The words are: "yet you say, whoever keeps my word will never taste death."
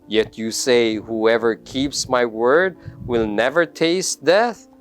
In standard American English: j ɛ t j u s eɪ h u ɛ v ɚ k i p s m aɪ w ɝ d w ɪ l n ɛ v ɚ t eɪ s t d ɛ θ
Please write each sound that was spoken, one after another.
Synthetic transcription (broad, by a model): j ɛ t j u s eɪ h u ɛ v ɚ k i p s m aɪ w ɝ d w ɪ l n ɛ v ɚ t eɪ s t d ɛ θ